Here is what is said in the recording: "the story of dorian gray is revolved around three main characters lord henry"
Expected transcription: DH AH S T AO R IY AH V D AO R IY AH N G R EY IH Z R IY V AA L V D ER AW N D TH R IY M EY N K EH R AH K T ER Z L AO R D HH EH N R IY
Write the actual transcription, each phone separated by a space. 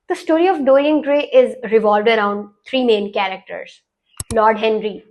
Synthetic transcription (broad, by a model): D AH S T AO R IY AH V D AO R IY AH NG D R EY IH Z R IY V AA L V D ER AW N D T R IY M EY N K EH R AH K T ER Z L AO R D HH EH N R IY